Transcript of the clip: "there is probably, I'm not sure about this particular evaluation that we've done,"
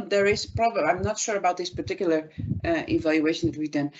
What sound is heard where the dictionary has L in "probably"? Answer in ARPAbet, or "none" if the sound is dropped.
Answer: none